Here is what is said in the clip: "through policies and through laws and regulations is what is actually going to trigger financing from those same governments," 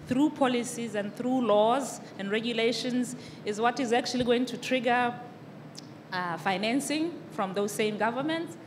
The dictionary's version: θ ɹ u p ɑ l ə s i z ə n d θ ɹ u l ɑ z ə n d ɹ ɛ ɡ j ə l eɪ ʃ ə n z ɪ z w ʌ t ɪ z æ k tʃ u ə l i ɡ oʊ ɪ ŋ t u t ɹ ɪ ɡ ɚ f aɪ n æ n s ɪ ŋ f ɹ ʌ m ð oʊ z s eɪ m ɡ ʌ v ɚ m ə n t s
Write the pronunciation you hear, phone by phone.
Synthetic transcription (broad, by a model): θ ɹ u p ɑ l ə s i z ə n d θ ɹ u l ɑ z ə n d ɹ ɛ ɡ j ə l eɪ ʃ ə n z ɪ z w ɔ t ɪ z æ k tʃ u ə l i ɡ oʊ ɪ ŋ t u t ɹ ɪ ɡ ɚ f aɪ n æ n s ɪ ŋ f ɹ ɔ m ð oʊ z s eɪ m ɡ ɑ v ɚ m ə n t s